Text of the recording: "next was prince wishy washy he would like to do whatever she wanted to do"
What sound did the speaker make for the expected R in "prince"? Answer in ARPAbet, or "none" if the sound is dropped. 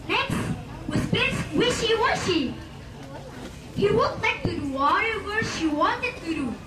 none